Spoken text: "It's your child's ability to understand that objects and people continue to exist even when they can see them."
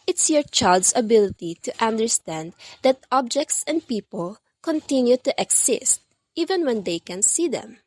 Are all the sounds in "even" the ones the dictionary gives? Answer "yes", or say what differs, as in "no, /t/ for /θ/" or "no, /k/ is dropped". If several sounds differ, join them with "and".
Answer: yes